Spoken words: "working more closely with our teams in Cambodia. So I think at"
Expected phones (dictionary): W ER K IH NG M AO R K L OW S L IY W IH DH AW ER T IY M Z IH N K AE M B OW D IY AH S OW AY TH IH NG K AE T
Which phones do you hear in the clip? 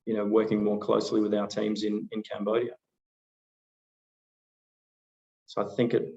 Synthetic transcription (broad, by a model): W ER K IH NG M AO R K L OW S L IY W IH DH AW ER T IY M Z IH N K AE M B OW D IY AH S OW AY TH IH NG K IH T